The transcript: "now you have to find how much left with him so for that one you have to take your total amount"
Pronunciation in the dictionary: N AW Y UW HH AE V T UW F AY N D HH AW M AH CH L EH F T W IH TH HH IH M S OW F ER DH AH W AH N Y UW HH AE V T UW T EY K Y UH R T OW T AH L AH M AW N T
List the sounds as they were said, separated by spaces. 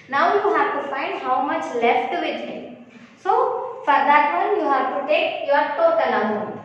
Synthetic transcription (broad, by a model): N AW Y UW HH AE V T UW F AY N D HH AW M AH CH L EH F T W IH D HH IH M S OW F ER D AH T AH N Y UW HH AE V T UW T EY K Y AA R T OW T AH N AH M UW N